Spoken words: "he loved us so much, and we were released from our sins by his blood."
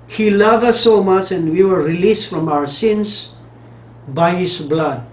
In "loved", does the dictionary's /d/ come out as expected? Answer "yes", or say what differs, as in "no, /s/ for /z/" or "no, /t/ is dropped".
no, /d/ is dropped